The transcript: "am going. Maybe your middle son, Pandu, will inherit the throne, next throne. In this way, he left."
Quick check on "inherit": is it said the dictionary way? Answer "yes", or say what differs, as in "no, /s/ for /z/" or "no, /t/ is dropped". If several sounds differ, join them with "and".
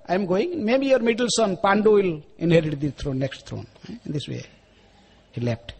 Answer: yes